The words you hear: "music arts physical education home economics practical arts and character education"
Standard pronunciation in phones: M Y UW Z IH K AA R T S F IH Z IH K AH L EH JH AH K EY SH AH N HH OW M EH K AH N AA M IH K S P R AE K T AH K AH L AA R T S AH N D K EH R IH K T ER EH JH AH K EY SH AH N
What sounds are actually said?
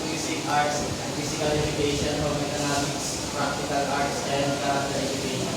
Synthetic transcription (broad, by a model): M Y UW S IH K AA R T S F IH S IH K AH L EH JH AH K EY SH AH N HH OW M EH K AH N AA M IH K S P R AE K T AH K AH L AA R T S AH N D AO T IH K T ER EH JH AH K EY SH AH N